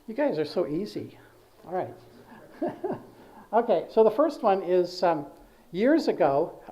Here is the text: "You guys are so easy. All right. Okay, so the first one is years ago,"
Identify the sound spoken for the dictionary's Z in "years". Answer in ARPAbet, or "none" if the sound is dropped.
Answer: Z